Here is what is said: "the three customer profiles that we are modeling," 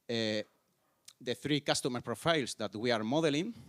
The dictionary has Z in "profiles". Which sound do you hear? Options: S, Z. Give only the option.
S